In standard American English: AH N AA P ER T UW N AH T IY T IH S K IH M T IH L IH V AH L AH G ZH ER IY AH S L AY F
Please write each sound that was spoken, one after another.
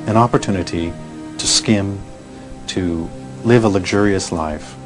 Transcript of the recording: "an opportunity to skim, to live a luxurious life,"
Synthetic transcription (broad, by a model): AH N AA P ER T UW N AH T IY T IH S K IH M T IH L IH V AH L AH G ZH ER IY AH S L AY F